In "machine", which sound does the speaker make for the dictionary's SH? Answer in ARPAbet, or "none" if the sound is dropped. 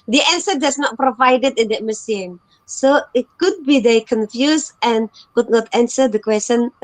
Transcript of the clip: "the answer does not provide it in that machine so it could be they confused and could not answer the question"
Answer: S